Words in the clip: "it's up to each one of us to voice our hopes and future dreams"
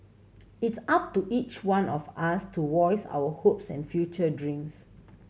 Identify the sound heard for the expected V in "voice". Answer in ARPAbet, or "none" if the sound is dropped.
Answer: W